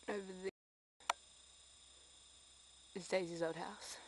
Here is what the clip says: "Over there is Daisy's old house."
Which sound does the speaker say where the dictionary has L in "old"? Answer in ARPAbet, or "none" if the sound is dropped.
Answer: none